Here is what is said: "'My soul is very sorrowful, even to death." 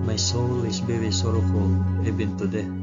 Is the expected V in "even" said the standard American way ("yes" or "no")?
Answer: no